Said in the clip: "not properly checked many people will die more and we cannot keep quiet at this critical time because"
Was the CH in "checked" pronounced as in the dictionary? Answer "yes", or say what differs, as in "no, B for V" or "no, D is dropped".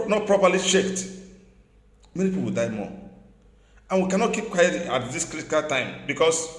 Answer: no, SH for CH